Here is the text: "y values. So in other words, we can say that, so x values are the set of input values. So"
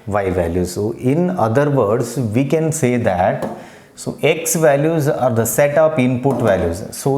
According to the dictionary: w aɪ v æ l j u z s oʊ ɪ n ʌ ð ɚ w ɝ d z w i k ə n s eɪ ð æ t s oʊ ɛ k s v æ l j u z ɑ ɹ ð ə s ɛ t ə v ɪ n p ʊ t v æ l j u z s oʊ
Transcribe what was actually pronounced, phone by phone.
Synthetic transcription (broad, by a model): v aɪ v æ l j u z s oʊ ɪ n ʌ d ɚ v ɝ d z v i k ə n s eɪ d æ t s oʊ ɛ k s v æ l j u z ɑ ɹ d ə s ɛ t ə p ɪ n p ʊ t v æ l j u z s oʊ